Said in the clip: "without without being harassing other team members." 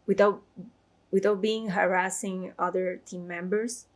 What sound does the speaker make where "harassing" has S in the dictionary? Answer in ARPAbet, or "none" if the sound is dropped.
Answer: S